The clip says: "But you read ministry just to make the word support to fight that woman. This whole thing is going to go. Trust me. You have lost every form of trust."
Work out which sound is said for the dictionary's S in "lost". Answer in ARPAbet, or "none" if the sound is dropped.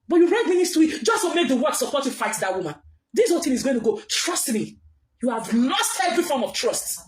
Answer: S